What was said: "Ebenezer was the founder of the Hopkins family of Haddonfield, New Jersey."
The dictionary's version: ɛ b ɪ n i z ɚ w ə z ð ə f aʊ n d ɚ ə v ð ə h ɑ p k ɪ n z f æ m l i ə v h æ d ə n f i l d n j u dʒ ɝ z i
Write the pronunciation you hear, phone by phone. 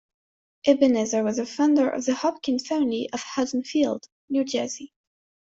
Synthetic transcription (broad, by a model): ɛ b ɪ n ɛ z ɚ w ə z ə f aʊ n d ɚ ə v ð ə h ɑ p k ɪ n f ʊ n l i ə v h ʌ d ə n f i l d n j u dʒ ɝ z i